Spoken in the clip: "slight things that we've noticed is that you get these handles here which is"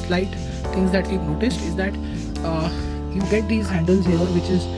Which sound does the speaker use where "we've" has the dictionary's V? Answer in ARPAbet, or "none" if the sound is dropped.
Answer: P